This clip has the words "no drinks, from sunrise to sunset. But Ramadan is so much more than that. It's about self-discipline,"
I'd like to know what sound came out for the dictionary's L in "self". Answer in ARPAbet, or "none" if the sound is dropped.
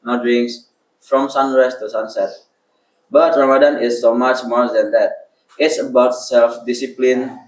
L